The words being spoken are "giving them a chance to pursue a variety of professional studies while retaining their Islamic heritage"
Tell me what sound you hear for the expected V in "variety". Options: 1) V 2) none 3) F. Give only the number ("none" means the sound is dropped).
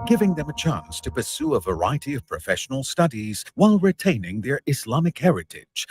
1